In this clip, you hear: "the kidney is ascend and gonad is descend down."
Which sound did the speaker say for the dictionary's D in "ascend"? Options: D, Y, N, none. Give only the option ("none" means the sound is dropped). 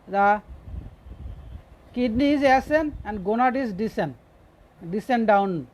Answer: none